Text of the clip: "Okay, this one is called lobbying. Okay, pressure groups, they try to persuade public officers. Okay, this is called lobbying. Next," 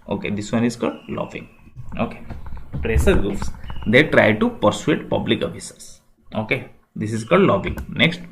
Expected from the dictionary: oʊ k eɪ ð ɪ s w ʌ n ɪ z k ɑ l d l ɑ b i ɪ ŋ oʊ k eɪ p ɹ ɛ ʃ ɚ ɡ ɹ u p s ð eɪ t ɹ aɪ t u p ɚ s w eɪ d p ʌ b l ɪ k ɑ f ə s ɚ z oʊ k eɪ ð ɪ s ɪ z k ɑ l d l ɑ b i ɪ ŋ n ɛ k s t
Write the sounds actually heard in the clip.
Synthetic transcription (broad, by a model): oʊ k eɪ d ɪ s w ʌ n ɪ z k ɑ l d l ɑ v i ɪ ŋ oʊ k eɪ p ɹ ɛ s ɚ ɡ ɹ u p s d eɪ t ɹ aɪ t u p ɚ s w eɪ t p ʌ b l ɪ k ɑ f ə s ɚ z oʊ k eɪ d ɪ s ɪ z k ɑ l d l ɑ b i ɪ ŋ n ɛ k s t